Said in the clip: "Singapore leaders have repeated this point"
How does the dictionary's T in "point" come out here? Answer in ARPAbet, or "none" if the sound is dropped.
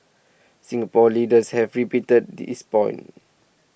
none